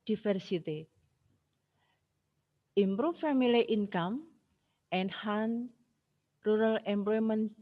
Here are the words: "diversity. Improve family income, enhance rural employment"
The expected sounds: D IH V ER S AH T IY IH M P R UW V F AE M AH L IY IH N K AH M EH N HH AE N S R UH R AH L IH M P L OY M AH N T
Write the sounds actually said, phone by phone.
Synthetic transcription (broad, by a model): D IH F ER S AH T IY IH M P R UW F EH M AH L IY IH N K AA M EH N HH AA N R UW R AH L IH M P L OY M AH N